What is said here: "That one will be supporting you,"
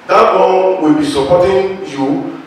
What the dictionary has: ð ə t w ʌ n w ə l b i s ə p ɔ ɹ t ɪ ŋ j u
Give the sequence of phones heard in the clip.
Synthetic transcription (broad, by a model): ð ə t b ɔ l w ə l b i s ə p ɔ t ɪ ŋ j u